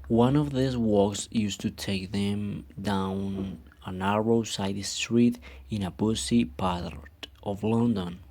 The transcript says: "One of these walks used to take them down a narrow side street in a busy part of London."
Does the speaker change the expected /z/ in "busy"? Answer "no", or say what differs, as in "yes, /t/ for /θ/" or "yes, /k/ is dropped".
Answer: yes, /s/ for /z/